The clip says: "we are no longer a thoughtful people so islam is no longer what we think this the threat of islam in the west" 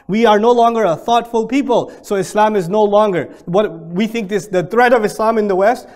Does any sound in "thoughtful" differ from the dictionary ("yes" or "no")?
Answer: no